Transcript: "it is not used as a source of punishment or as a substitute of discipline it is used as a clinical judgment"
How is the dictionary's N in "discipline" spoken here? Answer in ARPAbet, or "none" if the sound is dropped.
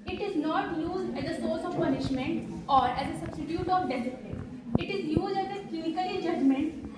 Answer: none